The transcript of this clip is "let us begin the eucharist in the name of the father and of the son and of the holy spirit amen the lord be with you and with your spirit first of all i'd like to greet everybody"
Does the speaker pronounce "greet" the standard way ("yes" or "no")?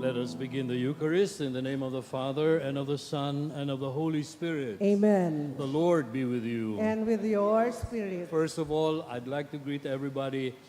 yes